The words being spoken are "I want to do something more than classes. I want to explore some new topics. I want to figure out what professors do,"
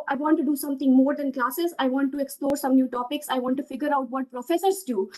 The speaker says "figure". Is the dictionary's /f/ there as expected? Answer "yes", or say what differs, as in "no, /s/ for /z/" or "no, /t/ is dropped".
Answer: yes